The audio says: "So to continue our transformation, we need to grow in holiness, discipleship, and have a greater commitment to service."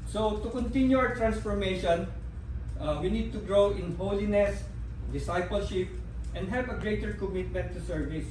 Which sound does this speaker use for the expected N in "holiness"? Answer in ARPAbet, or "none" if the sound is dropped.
N